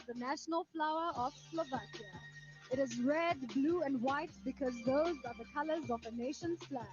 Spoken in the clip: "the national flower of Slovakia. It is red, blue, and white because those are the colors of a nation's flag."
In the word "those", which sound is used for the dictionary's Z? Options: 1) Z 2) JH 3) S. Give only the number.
1